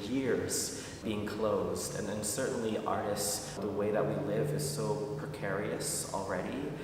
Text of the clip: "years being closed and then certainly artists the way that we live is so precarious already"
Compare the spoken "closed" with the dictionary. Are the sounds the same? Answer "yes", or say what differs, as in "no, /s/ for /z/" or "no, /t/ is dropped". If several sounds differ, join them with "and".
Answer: yes